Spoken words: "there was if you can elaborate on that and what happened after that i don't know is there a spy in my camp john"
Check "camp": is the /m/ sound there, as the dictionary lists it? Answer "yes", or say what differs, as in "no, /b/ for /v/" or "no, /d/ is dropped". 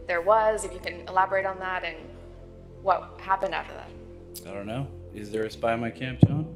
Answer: yes